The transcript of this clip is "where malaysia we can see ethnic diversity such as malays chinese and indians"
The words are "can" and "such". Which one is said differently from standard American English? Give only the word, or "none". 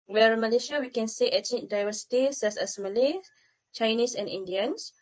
such